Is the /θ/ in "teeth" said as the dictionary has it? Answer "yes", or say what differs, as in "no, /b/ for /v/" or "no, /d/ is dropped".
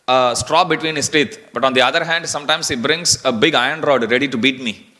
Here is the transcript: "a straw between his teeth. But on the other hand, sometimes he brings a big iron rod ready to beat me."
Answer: no, /t/ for /θ/